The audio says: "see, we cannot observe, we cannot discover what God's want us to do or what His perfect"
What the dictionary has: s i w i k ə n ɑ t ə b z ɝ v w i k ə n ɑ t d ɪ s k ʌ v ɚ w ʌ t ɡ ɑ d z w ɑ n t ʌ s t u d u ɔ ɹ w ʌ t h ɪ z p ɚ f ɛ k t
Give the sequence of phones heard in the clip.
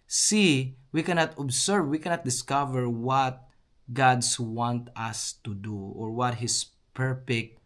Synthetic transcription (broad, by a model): s i w i k ə n ɑ t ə b s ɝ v w i k ə n ɑ t d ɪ s k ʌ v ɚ w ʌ t ɡ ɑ d s w ɑ n t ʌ s t u d u ɔ ɹ w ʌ t h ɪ s p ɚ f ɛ k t